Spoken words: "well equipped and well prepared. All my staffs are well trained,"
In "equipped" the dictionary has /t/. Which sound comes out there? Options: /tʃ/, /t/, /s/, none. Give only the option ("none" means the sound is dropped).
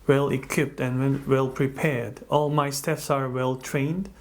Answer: /t/